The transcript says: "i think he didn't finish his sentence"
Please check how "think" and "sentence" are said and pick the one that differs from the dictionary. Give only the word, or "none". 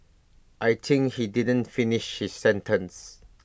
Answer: think